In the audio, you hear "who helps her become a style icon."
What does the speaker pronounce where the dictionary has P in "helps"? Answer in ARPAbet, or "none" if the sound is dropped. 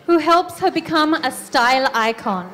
P